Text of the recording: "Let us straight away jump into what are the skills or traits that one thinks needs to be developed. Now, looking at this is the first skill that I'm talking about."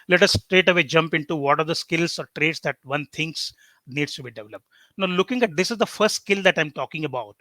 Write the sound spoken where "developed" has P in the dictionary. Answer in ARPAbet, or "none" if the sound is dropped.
P